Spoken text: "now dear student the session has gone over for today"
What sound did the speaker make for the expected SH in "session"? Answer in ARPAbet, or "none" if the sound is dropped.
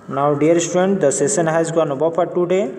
S